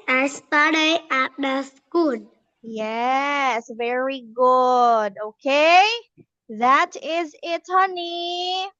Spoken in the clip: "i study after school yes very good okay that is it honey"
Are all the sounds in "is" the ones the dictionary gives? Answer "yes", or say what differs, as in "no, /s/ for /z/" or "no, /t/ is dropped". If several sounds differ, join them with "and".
yes